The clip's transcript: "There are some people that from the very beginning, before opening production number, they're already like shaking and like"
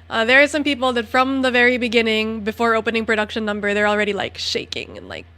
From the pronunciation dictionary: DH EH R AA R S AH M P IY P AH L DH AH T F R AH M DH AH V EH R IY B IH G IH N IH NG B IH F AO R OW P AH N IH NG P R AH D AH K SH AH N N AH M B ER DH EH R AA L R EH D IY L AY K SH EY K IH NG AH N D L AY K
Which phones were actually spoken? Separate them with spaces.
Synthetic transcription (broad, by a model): DH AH R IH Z S AH M P IY P L DH AH T F R AH M DH AH V EH R IY B IH G IH N IH NG B IH F AO R OW P AH N IH NG P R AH D AH K SH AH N N AH M B ER DH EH R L R EH D IY L AY K SH EY K IH NG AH N L AY K